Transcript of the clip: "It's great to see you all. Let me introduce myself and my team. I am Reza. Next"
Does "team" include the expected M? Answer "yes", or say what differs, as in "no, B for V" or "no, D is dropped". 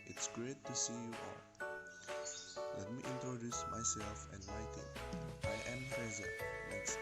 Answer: no, M is dropped